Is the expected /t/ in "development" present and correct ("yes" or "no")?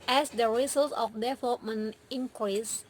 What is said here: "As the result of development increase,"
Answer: no